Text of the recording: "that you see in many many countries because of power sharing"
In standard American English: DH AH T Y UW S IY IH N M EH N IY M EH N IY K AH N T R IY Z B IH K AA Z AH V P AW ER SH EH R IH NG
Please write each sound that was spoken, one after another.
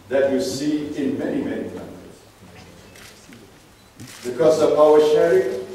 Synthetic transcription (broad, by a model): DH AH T Y UW S IY IH N M EH N IY M EH N IY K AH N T IY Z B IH K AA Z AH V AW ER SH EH R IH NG